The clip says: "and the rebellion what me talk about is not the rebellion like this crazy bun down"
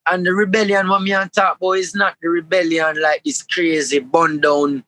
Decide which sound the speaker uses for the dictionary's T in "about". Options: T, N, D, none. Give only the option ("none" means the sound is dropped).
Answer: none